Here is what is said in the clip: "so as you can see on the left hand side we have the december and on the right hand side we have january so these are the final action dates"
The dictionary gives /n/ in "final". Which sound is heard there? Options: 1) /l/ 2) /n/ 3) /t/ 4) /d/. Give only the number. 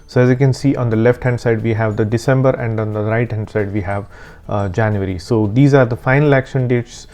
2